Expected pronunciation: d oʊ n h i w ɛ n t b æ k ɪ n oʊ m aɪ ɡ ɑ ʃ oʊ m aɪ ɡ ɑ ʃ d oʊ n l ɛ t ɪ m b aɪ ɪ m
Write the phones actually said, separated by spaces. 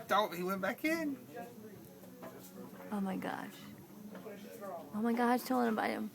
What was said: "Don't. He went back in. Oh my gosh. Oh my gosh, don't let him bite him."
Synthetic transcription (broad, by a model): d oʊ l h i w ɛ n b æ k ɪ n oʊ m aɪ ɡ ɑ ʃ oʊ m aɪ ɡ ɑ ʃ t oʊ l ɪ ɪ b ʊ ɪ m